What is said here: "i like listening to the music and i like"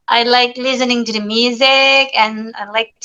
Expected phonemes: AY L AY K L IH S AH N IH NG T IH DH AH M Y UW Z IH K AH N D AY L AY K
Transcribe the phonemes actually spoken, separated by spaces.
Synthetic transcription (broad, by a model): AY L AY K L IH S AH N IH NG T IH DH AH M Y UW Z IH K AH N AY L AY K